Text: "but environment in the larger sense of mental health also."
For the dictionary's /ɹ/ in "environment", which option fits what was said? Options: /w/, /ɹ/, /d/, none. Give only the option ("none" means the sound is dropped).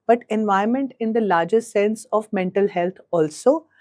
none